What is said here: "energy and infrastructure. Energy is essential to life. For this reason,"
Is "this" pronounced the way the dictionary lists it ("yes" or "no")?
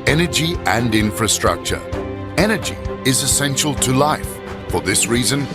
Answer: yes